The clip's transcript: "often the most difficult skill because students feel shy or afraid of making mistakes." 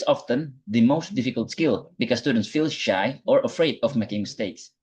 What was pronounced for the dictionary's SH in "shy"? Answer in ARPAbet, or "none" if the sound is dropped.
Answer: SH